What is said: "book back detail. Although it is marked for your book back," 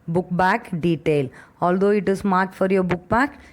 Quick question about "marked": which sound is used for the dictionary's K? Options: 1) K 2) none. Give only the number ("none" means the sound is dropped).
2